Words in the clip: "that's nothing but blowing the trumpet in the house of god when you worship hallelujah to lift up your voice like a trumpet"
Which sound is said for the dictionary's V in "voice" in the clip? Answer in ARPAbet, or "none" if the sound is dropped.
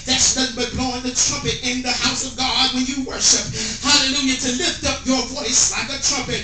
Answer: V